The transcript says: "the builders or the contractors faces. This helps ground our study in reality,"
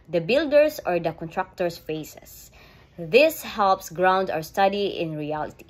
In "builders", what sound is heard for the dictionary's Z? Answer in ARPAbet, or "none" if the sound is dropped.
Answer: S